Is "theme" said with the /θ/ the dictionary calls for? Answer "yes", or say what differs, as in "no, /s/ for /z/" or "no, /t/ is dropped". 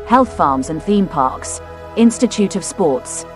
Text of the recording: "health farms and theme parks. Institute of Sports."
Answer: yes